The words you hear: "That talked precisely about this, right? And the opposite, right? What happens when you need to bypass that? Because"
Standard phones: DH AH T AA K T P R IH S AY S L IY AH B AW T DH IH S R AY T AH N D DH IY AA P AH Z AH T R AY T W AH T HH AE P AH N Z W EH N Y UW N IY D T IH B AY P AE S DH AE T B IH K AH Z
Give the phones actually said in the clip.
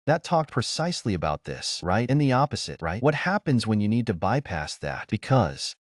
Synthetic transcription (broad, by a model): DH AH T AA K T P R IH S AY S L IY AH B AW T DH IH S R AY T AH N DH IY AA P AH Z AH T R AY T W AH T HH AE P AH N Z W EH N Y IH N IY D T IH B AY P AE S DH AE T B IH K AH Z